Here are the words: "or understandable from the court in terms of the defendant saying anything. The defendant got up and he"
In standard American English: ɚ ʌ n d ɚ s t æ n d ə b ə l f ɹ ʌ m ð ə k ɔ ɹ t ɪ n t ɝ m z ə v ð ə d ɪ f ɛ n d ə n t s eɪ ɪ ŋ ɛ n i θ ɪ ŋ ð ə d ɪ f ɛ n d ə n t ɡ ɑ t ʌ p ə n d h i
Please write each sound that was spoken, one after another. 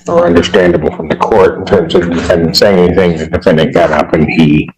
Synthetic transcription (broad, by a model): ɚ ʌ n d ɚ s t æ n d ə b l f ɹ ʌ m ð ə k ɔ ɹ t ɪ n t ɝ m z ə v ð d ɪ f ɛ n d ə n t s eɪ ɪ ŋ ɛ n i θ ɪ ŋ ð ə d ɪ f ɛ n d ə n ɡ ɑ t ʌ p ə n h i